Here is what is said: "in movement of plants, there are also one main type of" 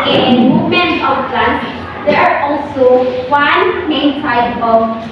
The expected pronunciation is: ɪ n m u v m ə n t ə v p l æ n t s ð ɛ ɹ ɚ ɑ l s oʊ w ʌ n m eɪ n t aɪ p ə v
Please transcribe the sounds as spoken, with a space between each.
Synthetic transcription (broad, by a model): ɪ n m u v m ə n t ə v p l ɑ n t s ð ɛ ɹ ɑ l s oʊ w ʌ n m eɪ n s aɪ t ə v